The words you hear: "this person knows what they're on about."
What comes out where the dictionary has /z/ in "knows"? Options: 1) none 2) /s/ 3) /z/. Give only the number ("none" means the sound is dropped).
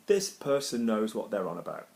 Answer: 3